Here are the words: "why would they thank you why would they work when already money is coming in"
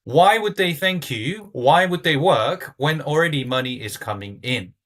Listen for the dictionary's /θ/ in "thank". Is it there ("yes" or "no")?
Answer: yes